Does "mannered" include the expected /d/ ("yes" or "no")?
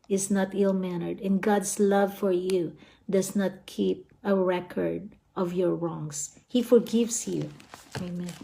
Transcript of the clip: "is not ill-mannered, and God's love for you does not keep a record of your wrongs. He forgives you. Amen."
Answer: yes